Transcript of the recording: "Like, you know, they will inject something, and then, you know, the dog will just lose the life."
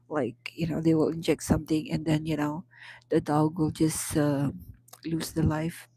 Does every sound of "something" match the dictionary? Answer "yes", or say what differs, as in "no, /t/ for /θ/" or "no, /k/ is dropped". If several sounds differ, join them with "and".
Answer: no, /t/ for /θ/